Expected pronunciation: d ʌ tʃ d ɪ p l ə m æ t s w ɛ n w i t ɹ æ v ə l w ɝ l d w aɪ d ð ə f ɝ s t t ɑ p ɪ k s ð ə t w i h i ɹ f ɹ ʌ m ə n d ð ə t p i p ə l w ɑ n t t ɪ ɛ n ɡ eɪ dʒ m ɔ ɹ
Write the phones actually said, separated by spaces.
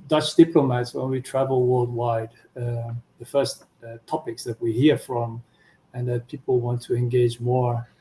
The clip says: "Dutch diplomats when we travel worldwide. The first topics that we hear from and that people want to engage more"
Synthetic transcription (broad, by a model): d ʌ tʃ d ɪ p l ə m æ t s w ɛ n w i t ɹ æ v ə l w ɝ l d w aɪ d ð ə f ɝ s t t ɑ p ɪ k s ð ə t w i h i ɹ f ɹ ʌ m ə n ð ə t p i p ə l w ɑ n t t ɪ ɛ n ɡ eɪ dʒ m ɔ ɹ